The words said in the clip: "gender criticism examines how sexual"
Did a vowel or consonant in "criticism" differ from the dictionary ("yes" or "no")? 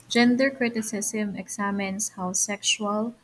yes